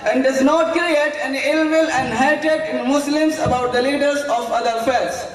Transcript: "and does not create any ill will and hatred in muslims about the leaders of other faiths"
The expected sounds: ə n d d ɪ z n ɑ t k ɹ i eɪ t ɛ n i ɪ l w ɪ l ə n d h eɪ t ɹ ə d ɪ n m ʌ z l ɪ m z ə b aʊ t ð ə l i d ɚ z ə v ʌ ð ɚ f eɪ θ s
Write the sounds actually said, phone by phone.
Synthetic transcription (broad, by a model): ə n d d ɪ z n ɑ t k ɹ i eɪ t ɛ n i ɪ l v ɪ l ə n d h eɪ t ə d ɪ n m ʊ s l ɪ m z ə b aʊ t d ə l i d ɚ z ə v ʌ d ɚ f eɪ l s